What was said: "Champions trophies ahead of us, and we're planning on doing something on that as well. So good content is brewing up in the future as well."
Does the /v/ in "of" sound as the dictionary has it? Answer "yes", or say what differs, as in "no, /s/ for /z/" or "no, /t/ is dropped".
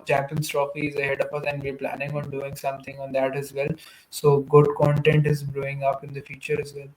no, /p/ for /v/